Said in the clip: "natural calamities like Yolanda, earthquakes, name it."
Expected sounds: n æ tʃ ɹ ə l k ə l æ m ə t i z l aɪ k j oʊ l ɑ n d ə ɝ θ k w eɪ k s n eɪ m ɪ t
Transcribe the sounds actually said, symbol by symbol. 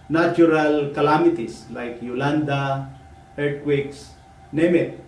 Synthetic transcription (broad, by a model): n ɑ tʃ ɹ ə l k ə l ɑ m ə t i s l aɪ k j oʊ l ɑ n d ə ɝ t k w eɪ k s n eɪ m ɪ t